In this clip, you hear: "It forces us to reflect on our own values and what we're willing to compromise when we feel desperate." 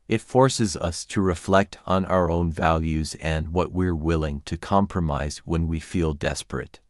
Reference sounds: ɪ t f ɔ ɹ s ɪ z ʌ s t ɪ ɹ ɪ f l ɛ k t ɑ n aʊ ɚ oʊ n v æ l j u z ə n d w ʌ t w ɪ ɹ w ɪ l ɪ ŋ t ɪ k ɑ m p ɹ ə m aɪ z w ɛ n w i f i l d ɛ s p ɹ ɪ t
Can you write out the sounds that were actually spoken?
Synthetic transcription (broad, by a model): ɪ t f ɔ ɹ s ɪ z ʌ s t ɪ ɹ ɪ f l ɛ k t n aʊ ɚ oʊ n v æ l j u z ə n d w ʌ t w ɪ ɹ w ɪ l ɪ ŋ t ɪ k ɑ m p ɹ ə m aɪ z w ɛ n w i f i l d ɛ s p ɹ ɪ t